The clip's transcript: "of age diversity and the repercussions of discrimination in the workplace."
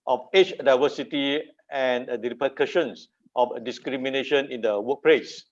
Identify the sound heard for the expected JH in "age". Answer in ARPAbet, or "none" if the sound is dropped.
CH